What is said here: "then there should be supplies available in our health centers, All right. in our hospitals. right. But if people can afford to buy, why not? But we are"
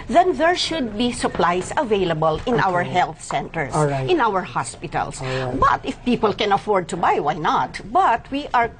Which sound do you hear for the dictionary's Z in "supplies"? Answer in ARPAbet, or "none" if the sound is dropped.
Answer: S